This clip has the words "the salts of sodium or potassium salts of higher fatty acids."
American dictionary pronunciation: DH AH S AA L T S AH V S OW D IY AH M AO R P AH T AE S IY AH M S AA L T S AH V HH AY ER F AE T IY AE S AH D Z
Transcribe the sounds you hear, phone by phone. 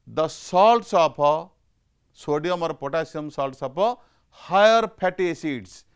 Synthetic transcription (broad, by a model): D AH S AA L T S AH P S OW D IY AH M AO R P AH T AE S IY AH M S AA L T S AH P HH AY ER P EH T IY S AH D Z